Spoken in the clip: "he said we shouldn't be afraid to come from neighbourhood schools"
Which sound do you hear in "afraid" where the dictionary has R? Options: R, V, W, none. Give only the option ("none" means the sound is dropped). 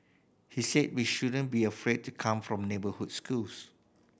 R